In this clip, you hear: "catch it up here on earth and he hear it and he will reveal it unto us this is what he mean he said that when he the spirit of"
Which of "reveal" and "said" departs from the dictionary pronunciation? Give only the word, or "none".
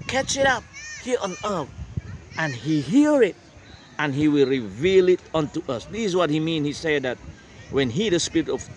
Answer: none